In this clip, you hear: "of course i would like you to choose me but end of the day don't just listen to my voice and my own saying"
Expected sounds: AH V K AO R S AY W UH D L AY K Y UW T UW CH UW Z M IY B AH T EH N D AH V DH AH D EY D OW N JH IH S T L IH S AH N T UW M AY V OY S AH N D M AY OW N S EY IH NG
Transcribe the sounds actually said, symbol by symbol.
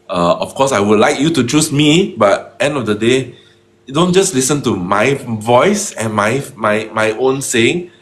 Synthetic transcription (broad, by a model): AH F K AO S AY W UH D L AY K Y UW T UW CH UW S M IY B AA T EH N D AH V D AH D EY D OW N JH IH S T L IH S AH N T UW M AY V OY S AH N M M AY OW N S EY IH NG